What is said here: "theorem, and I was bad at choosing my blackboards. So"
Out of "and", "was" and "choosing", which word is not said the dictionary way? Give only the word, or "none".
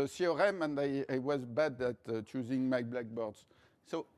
none